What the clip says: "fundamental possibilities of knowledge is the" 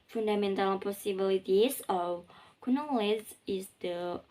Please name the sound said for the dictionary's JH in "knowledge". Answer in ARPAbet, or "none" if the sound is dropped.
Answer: Z